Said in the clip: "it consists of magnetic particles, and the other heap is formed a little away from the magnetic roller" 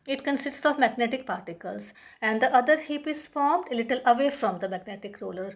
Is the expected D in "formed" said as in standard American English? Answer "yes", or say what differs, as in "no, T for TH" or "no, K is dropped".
yes